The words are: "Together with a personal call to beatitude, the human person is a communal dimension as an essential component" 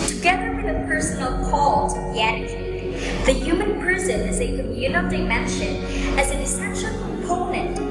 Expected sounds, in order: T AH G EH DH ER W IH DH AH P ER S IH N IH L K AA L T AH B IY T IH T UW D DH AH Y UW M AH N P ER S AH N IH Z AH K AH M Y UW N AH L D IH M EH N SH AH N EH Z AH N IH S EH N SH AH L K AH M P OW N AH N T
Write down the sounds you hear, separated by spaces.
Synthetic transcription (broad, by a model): T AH G EH DH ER W IH DH AH P ER S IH N L K AA L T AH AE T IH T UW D DH AH Y UW M AH N P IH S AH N IH Z AH K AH M Y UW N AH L D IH M EH N SH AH N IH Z AH N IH S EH SH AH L K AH M P OW N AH N T